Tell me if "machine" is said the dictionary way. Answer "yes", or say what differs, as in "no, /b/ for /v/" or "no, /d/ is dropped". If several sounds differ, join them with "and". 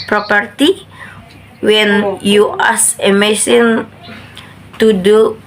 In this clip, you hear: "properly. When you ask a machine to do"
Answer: no, /s/ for /ʃ/